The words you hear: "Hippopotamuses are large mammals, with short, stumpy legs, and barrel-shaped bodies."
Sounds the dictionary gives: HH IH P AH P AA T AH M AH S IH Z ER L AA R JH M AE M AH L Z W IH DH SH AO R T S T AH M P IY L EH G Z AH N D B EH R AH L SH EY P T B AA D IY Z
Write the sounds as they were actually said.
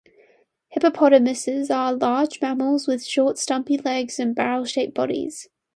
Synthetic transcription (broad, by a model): HH IH P AH P AA T AH M AH S IH Z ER L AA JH M AE M AH L Z W IH DH SH AO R T S T AH M P IY L EH G Z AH N B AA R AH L SH EY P B AA D IY Z